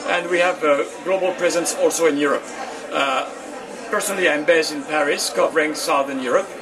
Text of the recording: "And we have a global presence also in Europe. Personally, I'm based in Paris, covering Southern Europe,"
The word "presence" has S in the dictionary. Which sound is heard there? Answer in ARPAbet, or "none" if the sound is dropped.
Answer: S